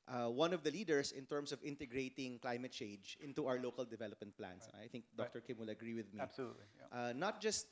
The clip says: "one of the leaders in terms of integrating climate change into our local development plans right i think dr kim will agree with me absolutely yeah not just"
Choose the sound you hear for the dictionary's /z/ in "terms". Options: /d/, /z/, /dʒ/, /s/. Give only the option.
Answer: /s/